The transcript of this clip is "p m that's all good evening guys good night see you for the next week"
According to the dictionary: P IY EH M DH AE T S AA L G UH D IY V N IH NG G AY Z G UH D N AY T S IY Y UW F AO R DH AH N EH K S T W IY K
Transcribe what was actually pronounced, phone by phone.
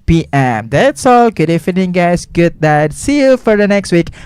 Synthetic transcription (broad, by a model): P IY EH M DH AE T S AA L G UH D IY F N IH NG G AY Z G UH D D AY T S IY Y UW F AO R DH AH N EH K S T W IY K